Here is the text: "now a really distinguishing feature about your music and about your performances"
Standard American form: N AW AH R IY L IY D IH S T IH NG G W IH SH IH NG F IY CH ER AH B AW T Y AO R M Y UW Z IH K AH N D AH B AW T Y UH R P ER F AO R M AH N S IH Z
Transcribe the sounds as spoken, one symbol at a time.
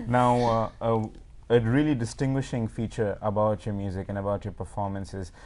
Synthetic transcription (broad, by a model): N AW AH R IY L IY D IH S T IH NG G W IH SH IH NG F IY CH ER AH B AW T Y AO M Y UW Z IH K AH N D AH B AW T Y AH P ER F AO R M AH N S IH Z